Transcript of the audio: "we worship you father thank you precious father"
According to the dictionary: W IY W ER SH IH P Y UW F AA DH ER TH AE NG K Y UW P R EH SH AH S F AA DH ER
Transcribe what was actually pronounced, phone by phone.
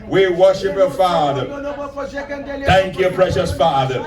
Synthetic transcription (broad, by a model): W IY W ER SH IH P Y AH F AA DH ER TH AE NG K Y UW P R EH SH AH S F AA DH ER